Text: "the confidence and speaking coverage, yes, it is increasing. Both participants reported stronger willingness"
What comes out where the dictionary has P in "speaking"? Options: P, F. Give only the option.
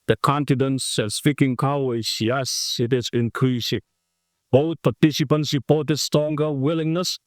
F